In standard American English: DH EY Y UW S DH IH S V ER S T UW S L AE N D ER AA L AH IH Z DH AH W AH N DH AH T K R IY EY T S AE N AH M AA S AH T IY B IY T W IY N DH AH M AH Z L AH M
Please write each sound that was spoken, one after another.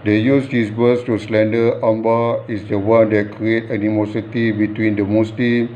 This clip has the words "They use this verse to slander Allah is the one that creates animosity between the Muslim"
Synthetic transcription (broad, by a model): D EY Y UW S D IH S B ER S T UW S L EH N D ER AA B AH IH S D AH W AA N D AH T K R IY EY T AE N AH M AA S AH T IY B IY T W IY N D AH M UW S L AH M